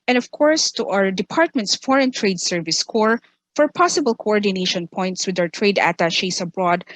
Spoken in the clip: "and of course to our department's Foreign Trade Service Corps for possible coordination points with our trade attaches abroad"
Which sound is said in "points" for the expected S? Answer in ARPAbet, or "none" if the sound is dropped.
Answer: S